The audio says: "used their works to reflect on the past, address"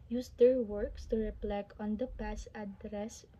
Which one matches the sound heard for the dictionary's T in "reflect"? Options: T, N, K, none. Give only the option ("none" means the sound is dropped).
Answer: none